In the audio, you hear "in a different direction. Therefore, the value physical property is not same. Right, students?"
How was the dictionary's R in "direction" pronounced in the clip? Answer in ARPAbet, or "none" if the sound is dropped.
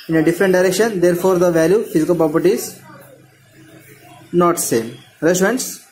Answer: R